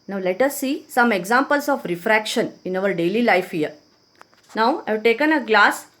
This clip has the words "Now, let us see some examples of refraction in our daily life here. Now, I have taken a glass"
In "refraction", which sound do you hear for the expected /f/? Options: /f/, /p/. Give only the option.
/f/